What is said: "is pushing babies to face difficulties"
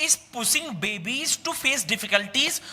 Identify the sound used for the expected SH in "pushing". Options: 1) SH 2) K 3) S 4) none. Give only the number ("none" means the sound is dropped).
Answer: 3